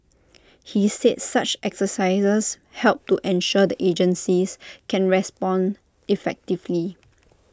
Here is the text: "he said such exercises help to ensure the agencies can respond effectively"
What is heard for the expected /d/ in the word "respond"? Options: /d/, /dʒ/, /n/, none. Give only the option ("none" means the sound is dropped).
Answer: /d/